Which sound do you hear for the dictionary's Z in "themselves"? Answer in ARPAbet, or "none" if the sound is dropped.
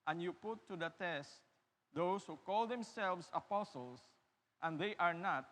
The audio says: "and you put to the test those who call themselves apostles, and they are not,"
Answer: S